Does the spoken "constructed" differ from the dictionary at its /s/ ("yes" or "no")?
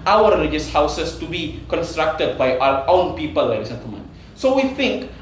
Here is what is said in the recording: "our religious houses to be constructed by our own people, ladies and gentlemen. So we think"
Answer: no